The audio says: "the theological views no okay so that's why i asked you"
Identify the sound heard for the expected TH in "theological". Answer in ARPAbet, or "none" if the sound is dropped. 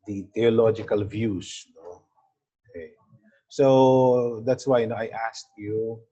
T